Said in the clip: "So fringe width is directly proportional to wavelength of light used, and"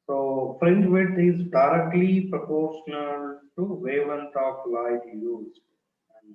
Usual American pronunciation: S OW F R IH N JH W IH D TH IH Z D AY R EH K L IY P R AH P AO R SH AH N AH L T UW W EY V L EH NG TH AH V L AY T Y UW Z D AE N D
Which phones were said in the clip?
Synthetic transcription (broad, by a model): S OW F R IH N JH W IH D IH Z D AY R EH K L IY P R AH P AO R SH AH N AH L T UW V EY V AH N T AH P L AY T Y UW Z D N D